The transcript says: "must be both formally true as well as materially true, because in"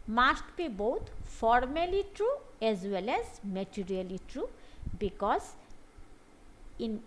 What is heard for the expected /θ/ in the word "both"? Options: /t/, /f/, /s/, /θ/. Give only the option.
/t/